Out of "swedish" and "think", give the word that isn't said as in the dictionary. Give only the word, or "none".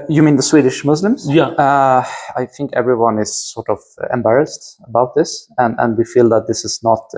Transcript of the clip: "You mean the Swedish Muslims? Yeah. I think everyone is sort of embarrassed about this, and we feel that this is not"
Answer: none